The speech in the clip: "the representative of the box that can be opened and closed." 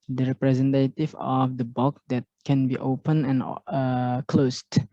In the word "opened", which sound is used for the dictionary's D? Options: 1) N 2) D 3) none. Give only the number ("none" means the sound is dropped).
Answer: 3